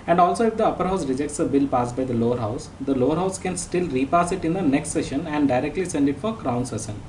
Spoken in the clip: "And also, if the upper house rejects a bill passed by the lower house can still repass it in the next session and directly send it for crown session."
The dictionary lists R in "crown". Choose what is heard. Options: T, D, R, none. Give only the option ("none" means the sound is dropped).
R